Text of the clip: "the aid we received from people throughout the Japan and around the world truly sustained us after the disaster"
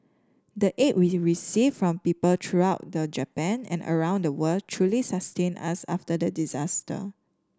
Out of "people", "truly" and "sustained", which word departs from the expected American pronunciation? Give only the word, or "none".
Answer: sustained